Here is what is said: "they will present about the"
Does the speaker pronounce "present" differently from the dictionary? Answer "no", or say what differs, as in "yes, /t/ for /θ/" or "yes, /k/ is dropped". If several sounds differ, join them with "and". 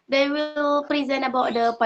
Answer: yes, /t/ is dropped